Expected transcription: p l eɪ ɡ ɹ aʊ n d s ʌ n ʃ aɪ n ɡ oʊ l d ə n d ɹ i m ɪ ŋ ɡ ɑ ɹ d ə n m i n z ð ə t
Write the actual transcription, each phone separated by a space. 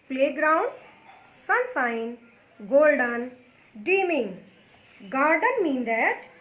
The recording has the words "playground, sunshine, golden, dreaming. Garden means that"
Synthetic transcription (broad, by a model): p l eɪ ɡ ɹ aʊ n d s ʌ n s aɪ n ɡ oʊ l d ə n d i m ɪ ŋ ɡ ɑ ɹ d ə n m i n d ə t